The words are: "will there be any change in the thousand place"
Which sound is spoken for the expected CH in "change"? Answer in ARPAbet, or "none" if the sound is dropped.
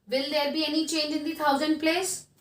CH